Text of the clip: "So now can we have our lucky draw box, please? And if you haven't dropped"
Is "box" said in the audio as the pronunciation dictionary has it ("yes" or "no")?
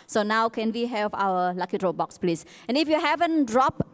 yes